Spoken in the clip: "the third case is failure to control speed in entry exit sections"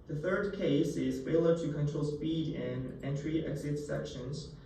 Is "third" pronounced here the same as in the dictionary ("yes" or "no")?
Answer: yes